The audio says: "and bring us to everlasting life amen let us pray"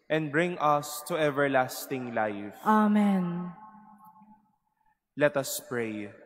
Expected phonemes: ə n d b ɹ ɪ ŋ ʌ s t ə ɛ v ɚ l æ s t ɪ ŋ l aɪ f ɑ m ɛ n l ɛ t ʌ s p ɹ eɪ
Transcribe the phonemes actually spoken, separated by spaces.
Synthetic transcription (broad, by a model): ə n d b ɹ ɪ ŋ ʌ s t ə ɛ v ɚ l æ s t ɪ ŋ l aɪ f ɑ m ɛ n l ɛ t ʌ s p ɹ eɪ